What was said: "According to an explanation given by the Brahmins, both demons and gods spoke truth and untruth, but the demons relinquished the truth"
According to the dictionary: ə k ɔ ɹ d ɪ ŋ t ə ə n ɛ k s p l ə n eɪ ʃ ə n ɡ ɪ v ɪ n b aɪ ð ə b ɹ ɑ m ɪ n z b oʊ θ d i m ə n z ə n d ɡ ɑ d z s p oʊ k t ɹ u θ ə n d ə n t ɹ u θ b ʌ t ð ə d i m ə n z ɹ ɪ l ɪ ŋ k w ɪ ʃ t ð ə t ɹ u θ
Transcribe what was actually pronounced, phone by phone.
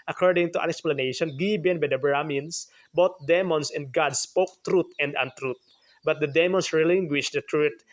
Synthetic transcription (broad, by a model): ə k ɔ ɹ d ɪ ŋ t ə ə n ɛ k s p l ə n eɪ ʃ ə n ɡ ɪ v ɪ n b aɪ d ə b ɹ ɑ m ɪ n s b oʊ t d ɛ m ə n s ə n d ɡ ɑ d s p oʊ k t ɹ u t ə n d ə n t ɹ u t b ʌ t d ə d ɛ m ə n s ɹ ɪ l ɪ ŋ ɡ w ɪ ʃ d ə t ɹ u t